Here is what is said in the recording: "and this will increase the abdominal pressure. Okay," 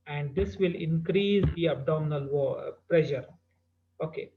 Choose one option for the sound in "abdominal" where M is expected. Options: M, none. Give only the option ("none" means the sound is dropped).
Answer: none